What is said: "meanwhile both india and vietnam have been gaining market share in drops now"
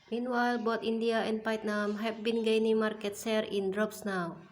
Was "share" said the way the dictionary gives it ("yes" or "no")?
no